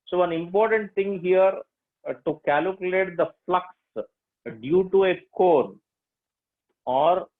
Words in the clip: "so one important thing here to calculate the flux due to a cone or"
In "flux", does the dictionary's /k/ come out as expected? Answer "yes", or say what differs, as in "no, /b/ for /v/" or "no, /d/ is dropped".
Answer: yes